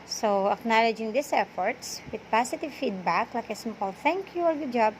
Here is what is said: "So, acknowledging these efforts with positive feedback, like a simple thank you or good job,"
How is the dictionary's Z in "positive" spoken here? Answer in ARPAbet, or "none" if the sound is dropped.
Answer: S